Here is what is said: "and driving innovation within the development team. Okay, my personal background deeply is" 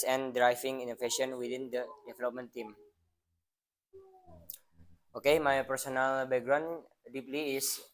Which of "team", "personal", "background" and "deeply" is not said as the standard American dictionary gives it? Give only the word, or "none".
background